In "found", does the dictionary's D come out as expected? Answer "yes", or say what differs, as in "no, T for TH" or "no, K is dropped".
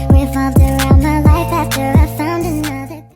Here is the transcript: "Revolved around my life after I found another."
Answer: yes